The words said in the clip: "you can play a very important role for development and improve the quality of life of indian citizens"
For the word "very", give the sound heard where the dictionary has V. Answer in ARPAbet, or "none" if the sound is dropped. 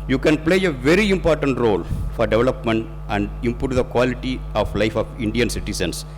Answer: V